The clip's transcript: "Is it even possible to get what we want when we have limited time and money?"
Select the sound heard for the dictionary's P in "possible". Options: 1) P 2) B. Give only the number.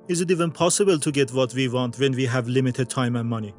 1